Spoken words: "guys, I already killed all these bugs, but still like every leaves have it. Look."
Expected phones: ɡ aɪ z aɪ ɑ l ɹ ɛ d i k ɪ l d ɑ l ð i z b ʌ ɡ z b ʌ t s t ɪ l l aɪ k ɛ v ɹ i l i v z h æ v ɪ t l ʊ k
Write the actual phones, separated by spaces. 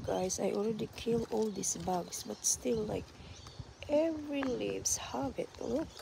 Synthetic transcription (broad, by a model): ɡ aɪ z aɪ ɑ l ɹ ɛ d i k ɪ l ɑ l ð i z b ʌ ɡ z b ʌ t s t ɪ l l aɪ k ɛ v ɹ i l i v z h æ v ɪ t l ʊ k